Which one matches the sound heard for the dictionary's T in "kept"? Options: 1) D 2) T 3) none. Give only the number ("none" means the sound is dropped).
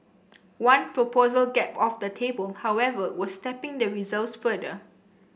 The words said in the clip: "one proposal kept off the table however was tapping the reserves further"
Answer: 3